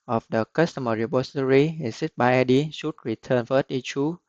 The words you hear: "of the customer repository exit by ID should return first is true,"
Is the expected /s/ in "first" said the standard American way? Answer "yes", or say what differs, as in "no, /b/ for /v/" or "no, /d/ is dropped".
no, /s/ is dropped